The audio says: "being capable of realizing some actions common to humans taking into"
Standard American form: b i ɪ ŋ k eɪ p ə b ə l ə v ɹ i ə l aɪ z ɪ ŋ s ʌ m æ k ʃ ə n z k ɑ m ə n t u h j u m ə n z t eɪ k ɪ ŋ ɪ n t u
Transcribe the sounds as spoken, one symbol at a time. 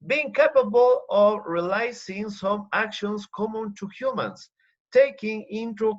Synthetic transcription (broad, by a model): b i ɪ ŋ k eɪ p ə b ə l ə v ɹ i l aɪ s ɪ ŋ s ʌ m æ k ʃ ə n s k ɑ m ə n t u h j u m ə n s t eɪ k ɪ ŋ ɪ n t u